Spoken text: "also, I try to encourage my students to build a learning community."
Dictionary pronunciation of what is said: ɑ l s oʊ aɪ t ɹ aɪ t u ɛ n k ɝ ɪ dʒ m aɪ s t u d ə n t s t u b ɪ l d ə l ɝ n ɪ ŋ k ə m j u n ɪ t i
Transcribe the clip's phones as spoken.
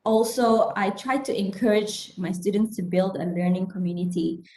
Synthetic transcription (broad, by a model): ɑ l s oʊ aɪ t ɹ aɪ t u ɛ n k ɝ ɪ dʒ m aɪ s t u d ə n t s t u b ɪ l d ə l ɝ n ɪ ŋ k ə m j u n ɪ t i